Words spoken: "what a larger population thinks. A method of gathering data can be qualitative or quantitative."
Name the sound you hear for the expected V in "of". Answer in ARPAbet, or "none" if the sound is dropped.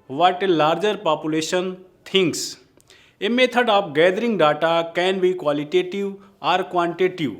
P